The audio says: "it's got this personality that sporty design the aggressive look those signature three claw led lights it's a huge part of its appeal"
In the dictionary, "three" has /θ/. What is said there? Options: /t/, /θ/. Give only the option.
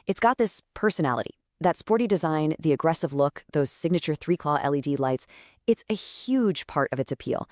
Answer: /θ/